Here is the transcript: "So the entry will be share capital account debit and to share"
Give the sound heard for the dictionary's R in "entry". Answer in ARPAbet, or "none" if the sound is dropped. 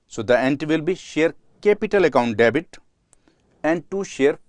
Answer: none